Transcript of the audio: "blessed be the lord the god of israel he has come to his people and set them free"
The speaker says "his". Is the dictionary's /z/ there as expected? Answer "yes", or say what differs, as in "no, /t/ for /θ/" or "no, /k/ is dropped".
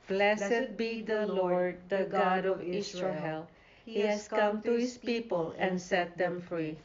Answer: no, /s/ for /z/